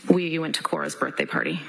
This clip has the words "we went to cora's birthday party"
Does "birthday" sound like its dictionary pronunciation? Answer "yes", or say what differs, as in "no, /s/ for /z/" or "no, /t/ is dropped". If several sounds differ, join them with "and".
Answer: yes